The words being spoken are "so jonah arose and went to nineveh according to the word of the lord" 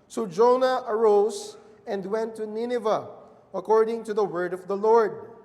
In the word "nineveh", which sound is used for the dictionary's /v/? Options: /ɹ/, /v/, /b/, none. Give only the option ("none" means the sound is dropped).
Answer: /v/